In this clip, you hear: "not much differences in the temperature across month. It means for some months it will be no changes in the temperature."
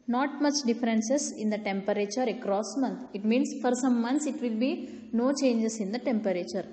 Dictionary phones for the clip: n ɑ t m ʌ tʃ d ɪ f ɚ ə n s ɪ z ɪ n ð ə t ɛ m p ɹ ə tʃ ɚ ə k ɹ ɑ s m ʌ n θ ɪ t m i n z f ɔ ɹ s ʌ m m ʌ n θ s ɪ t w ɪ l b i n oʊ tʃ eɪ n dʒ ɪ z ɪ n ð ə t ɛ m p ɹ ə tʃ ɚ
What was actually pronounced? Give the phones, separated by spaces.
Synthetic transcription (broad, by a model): n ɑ t m ʌ tʃ d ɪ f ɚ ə n s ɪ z ɪ n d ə t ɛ m p ɹ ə tʃ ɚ ə k ɹ ɑ s m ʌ n t ɪ t m i n s f ɔ ɹ s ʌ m m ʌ n t s ɪ t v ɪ l b i n oʊ tʃ eɪ n dʒ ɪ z ɪ n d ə t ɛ m p ɹ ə tʃ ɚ